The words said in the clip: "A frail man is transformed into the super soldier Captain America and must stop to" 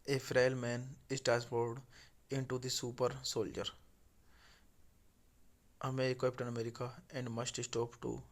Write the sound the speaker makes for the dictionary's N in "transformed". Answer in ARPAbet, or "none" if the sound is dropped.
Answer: none